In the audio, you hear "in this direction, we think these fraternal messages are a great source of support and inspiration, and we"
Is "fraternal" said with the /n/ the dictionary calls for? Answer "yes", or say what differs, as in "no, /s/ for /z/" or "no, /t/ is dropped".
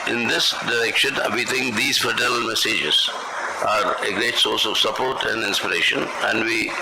no, /n/ is dropped